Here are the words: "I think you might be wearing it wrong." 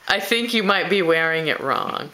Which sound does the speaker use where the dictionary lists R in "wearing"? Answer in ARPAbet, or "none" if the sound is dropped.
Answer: R